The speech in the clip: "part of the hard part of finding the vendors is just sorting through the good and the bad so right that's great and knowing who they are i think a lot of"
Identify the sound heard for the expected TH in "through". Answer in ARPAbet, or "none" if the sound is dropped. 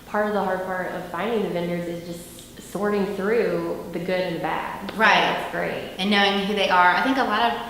TH